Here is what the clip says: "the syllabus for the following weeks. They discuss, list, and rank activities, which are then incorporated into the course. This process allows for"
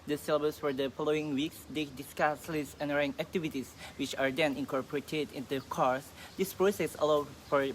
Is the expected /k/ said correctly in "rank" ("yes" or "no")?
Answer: no